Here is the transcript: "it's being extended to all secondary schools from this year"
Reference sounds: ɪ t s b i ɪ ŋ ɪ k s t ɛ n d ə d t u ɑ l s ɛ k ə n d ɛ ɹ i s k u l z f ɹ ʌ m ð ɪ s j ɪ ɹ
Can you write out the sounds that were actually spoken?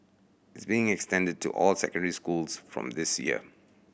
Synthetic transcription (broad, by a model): ɪ t s b i ɪ ŋ ɪ k s t ɛ n d ə d t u ɑ l s ɛ k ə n d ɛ ɹ i s k u l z f ɹ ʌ m ð ɪ s j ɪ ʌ